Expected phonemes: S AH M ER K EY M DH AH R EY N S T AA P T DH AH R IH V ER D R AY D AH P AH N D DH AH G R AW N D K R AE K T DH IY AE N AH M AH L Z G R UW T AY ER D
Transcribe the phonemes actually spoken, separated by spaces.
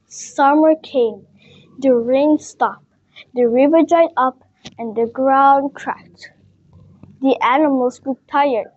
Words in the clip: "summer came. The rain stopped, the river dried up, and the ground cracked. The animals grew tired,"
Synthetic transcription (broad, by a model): S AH M ER K EY M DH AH R EY N S T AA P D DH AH R IH V ER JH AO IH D AH P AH N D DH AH G R AW N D K R AE K T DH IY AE N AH M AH L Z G UW T AY ER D